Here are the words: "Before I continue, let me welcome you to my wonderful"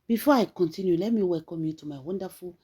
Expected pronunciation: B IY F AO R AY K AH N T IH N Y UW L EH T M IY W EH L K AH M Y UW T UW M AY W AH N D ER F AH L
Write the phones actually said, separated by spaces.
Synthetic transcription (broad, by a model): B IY F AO AY K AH N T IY N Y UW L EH M IY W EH K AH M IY T UW M AY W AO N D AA F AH